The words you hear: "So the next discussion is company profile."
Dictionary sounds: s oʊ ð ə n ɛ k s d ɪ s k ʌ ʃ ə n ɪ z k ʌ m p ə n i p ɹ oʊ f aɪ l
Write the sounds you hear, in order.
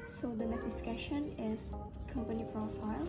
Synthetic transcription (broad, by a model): s oʊ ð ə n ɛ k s d ɪ s k ʌ ʃ ə n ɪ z k ʌ m p ə n i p ɹ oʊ f aɪ l